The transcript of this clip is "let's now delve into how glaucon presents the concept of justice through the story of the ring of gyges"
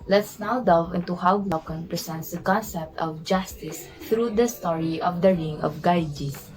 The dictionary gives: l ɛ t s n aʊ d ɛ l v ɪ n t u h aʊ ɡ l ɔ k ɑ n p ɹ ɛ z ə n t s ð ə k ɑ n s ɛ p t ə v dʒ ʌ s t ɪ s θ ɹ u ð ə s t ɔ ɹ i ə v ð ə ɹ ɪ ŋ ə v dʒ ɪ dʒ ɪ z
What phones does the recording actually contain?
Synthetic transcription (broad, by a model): l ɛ t s n aʊ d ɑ v ɪ n t u h aʊ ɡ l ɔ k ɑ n p ɹ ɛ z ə n t s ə k ɑ n s ɛ p t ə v dʒ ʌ s t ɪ s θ ɹ u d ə s t ɔ ɹ i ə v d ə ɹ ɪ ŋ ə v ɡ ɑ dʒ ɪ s